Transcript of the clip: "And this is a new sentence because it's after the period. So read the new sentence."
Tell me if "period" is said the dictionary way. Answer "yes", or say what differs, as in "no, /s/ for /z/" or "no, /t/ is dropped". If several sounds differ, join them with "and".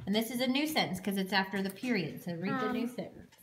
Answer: yes